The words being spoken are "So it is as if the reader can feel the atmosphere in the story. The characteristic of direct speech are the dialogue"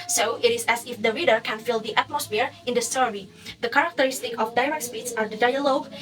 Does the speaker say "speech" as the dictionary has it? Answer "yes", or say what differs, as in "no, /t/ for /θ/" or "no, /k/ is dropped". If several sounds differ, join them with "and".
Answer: no, /s/ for /tʃ/